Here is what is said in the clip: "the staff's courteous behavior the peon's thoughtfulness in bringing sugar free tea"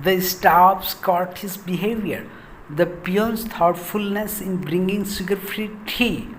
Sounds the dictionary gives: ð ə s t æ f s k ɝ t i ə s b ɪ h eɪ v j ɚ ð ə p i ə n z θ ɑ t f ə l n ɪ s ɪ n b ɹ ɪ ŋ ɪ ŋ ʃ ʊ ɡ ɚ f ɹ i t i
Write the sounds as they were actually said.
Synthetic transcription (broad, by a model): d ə s t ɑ p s k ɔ t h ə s b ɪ h eɪ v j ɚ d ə p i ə n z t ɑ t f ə l n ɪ s ɪ n b ɹ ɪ ŋ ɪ ŋ s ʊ ɡ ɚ f ɹ i t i